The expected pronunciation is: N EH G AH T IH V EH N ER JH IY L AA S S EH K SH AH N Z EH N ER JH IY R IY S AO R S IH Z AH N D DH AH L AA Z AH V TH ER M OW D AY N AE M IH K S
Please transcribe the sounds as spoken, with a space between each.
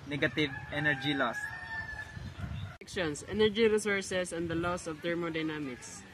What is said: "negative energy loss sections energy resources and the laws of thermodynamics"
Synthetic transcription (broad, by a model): N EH G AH T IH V EH N ER JH IY L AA S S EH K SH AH N S EH N ER JH IY R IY S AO R S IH S AH N D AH L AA S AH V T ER M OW D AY N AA M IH K S